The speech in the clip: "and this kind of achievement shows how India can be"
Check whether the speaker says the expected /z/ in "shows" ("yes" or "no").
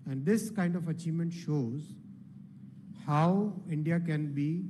yes